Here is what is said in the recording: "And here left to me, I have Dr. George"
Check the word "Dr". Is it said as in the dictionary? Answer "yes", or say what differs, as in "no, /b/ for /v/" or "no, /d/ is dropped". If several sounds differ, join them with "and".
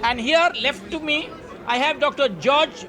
yes